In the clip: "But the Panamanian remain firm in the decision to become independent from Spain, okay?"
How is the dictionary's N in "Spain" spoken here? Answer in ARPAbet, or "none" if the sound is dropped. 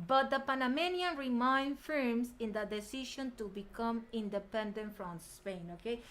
N